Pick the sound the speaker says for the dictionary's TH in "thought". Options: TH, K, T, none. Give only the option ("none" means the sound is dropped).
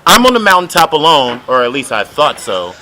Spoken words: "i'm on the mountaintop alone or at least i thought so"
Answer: TH